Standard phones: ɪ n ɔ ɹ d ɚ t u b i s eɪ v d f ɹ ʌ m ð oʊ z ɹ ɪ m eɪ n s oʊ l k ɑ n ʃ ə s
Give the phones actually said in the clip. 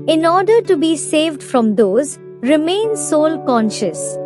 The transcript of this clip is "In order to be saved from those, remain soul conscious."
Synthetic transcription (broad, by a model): ɪ n ɔ ɹ d ɚ t u b i s eɪ v d f ɹ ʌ m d oʊ z ɹ ɪ m eɪ n s oʊ l k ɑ n ʃ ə s